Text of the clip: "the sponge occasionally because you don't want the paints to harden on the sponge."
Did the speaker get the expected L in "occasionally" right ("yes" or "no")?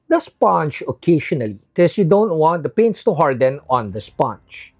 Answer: no